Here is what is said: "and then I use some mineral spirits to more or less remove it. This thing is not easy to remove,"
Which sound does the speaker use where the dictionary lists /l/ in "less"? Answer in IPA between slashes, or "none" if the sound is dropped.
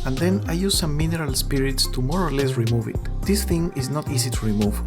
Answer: /l/